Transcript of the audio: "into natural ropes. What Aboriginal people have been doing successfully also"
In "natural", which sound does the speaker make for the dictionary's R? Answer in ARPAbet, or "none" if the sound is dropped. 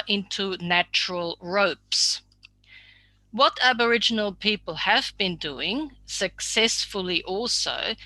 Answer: R